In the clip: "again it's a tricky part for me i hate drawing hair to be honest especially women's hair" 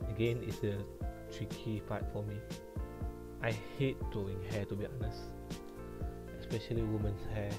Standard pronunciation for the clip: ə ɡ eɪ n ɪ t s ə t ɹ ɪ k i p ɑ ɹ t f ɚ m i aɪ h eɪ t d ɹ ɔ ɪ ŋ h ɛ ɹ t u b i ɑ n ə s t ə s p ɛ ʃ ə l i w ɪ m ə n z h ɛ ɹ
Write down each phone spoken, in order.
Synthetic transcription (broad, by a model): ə ɡ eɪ n ɪ t s ə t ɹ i k i f ɑ t f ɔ m i aɪ h eɪ t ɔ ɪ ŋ h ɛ t u b i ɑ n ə s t ə s p ɛ ʃ ə l i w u m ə n s h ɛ